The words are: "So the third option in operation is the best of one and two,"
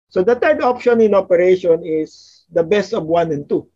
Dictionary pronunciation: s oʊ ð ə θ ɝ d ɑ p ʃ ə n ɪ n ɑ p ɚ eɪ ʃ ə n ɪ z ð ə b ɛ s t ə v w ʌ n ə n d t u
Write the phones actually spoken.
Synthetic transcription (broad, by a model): s oʊ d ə t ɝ d ɑ p ʃ ə n ɪ n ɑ p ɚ eɪ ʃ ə n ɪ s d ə b ɛ s t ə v w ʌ n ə n t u